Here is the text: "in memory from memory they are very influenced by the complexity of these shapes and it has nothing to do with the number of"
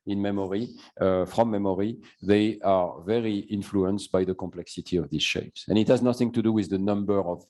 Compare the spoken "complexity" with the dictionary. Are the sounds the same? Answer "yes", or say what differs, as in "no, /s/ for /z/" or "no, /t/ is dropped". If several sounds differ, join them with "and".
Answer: yes